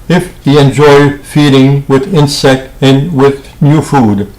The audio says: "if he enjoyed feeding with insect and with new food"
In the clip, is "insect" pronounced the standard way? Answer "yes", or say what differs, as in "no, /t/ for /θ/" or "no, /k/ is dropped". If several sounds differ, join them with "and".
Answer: yes